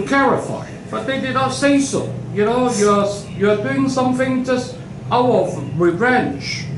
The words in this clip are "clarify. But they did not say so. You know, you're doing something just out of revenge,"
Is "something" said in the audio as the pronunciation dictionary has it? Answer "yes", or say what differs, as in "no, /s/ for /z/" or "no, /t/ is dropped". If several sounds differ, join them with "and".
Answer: yes